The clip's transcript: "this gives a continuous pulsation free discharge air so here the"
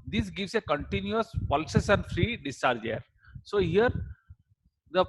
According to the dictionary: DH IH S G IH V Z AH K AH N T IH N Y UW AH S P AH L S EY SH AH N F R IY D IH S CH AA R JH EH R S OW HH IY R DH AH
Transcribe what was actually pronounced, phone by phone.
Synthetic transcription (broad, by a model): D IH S G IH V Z AH K AH N T IH N Y UW AH S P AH L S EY S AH N F R IY D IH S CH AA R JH EH R S OW HH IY R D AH